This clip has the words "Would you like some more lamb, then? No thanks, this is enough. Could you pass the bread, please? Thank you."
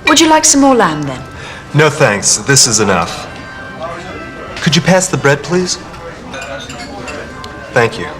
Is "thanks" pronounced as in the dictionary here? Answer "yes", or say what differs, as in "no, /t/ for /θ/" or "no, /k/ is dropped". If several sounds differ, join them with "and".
yes